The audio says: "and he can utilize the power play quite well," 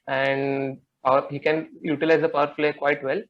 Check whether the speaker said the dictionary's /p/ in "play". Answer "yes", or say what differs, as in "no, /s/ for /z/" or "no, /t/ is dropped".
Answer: no, /f/ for /p/